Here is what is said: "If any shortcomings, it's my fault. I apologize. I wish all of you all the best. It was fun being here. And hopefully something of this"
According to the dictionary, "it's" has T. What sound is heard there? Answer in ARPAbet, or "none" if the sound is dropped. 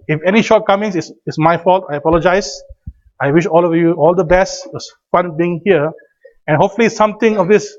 S